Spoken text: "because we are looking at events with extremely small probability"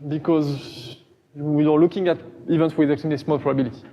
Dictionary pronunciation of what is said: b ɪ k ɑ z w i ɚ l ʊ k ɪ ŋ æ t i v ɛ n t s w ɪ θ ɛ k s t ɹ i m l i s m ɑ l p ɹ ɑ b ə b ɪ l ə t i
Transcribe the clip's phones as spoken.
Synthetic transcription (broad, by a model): b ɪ k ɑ z w i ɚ l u k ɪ ŋ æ t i v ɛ n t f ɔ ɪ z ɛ k t i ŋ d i s m ɑ l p ɹ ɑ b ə b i l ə t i